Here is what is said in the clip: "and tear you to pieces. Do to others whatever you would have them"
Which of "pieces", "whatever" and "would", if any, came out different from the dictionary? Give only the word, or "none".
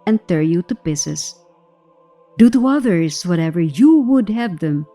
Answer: pieces